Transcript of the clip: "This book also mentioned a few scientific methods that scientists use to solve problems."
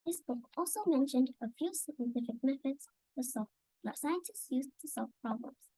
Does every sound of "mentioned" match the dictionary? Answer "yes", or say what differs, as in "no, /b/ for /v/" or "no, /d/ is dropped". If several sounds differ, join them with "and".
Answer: yes